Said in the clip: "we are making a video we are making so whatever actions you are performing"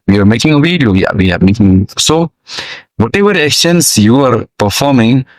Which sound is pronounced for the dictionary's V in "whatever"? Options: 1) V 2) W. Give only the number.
2